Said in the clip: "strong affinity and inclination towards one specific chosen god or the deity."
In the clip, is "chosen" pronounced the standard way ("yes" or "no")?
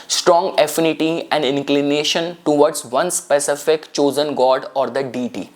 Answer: yes